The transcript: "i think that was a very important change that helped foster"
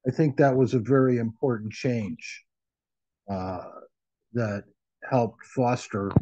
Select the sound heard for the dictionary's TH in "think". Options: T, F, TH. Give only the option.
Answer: TH